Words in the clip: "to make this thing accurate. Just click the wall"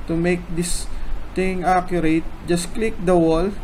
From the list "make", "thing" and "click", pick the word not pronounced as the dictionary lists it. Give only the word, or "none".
thing